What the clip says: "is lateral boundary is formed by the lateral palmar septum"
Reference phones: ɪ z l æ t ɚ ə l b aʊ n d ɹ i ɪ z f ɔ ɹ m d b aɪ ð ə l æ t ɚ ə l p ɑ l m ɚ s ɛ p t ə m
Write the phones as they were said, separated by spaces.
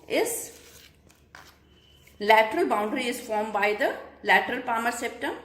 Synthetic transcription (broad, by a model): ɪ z l æ t ɚ ə l b aʊ n d ɹ i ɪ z f ɔ ɹ m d b aɪ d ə l æ t ɚ ə l p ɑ m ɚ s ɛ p t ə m